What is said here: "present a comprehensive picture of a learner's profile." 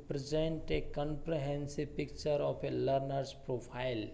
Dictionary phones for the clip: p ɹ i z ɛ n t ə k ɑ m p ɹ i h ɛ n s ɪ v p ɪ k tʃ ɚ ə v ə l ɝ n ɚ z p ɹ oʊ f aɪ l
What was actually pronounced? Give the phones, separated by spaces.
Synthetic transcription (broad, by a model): p ɹ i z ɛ n t ə k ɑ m p ɹ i h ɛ n s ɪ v p ɪ k tʃ ɚ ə p ə l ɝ n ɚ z p ɹ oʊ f aɪ l